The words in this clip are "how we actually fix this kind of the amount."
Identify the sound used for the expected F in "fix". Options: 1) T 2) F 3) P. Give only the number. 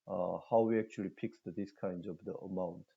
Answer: 3